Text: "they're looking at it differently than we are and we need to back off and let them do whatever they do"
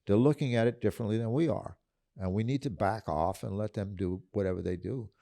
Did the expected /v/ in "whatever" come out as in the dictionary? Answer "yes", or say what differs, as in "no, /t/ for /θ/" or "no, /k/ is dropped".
yes